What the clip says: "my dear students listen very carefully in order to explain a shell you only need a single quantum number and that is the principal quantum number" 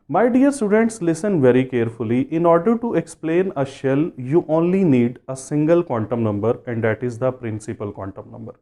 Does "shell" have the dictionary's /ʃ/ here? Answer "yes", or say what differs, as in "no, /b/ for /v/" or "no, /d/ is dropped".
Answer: yes